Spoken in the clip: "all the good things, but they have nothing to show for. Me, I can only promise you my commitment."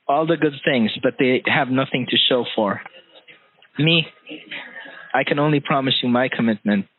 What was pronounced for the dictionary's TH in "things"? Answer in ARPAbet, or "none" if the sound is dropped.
TH